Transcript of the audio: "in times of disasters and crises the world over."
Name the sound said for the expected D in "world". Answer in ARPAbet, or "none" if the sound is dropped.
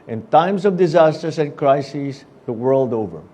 D